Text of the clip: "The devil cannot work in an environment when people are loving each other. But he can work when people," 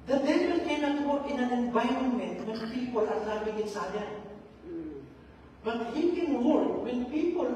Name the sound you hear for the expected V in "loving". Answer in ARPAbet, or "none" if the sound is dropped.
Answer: B